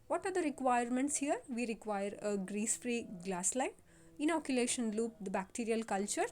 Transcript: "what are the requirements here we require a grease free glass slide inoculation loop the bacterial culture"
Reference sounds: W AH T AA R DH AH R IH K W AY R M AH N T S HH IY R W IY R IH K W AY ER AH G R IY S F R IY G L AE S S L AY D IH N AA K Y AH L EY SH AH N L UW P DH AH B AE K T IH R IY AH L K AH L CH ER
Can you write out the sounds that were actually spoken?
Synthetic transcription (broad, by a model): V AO T AA R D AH R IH K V AY R M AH N T S HH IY R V IY R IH K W AY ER AH G R IY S F R IY G L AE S S L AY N IH N AA K Y AH L EY SH AH N L UW P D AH B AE K T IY R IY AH L K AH L CH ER